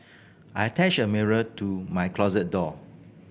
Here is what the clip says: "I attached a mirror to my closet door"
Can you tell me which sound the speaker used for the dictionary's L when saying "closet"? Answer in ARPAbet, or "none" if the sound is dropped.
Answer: L